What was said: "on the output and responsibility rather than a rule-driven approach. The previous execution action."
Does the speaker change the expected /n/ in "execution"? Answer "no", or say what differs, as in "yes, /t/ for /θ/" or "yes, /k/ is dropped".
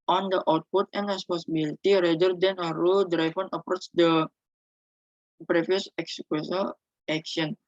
yes, /l/ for /n/